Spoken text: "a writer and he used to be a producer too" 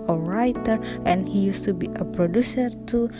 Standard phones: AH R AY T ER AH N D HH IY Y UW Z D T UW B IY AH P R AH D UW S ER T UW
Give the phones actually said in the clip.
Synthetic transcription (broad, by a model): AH R AY T ER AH N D HH IY Y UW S T UW B IY AH P R AH D UW S ER T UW